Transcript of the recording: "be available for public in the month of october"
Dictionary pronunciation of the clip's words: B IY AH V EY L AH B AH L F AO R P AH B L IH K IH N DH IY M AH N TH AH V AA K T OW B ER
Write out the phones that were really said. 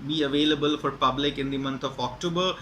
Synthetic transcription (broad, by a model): B IY AH V EY L AH B AH L F AO R P AH B L IH K IH N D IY M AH N T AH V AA K T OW B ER